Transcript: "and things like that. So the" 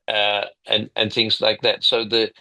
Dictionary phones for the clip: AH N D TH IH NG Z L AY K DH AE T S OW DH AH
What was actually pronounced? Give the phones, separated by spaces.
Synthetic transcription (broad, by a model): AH N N TH IH NG Z L AY K DH AE T S OW DH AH